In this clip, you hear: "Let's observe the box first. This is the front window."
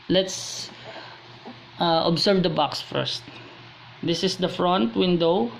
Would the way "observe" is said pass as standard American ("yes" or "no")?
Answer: no